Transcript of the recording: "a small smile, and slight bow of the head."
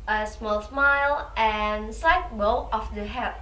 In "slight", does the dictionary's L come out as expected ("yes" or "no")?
no